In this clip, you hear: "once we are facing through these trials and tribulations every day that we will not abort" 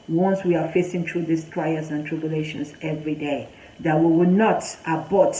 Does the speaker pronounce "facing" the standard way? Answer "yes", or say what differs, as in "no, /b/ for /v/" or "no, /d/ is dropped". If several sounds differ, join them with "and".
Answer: yes